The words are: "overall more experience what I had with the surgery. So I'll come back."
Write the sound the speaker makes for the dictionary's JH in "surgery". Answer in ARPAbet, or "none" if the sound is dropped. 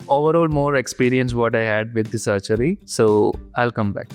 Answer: CH